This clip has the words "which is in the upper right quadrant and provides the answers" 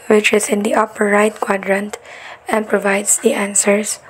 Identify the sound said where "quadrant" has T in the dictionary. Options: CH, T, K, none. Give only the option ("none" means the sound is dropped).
T